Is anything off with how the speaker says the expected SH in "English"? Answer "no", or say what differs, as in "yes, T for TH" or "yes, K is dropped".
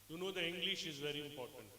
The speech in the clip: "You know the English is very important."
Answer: no